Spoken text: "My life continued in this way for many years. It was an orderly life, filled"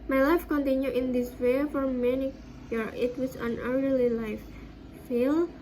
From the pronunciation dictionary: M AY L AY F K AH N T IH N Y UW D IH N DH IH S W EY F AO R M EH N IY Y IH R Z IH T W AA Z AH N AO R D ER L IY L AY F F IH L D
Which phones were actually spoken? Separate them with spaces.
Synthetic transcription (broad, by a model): M AY L AY F K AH N T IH N Y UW IH N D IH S W EY F AO R M EH N IY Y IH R IH T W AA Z AH N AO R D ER L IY L AY F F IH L